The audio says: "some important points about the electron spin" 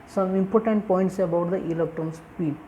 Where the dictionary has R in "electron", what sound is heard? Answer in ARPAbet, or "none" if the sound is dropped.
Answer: none